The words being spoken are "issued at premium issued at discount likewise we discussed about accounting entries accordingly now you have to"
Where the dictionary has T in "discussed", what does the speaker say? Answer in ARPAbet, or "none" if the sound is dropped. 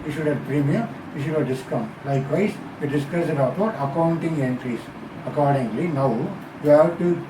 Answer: none